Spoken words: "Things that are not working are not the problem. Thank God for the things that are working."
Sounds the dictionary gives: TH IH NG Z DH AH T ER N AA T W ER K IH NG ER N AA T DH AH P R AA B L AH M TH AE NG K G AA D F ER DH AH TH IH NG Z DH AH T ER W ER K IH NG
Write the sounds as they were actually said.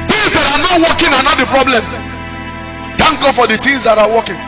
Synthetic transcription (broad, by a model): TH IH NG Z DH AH T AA N AA T W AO K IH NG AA N AA T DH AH P R AA B L AH M T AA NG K G AA D F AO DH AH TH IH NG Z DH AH T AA W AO K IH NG